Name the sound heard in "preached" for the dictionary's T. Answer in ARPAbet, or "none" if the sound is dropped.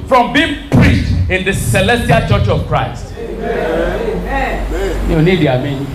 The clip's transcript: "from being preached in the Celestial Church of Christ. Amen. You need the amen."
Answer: T